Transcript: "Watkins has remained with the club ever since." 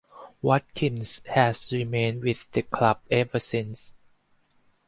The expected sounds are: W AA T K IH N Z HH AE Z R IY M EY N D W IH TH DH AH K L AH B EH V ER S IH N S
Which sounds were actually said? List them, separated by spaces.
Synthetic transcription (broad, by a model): W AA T K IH N S HH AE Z R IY M EY N W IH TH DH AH K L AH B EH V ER S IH N S